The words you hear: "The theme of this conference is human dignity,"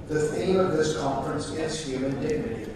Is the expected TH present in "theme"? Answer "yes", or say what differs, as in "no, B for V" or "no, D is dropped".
no, S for TH